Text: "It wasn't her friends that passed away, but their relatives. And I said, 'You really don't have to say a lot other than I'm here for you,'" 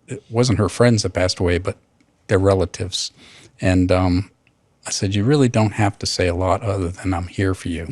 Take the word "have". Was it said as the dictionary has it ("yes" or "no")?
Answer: no